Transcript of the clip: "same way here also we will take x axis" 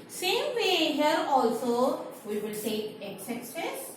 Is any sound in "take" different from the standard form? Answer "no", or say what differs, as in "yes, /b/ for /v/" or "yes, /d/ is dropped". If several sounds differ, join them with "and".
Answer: yes, /s/ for /t/ and /k/ is dropped